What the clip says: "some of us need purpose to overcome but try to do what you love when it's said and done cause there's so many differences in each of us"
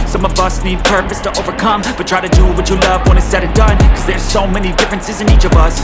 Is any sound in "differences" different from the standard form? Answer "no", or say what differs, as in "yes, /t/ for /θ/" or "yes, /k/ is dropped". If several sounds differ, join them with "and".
no